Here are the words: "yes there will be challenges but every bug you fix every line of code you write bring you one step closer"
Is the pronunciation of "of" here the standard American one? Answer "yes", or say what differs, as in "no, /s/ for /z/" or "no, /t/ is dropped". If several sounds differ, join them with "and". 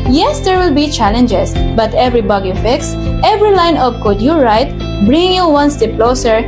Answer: no, /p/ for /v/